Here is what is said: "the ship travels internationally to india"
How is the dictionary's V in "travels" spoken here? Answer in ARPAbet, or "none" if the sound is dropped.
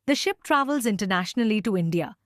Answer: V